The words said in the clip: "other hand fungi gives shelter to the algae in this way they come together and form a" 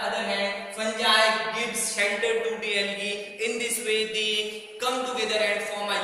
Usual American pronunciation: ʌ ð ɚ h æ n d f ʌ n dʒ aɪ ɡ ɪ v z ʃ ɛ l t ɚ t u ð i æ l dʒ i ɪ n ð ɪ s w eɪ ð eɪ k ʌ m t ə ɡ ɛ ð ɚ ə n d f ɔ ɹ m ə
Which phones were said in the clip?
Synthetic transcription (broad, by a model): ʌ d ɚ h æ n d p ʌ n dʒ aɪ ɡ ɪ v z s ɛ n t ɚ t u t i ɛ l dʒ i ɪ n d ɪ s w eɪ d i k ʌ m t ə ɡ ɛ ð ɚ ə n d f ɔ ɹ m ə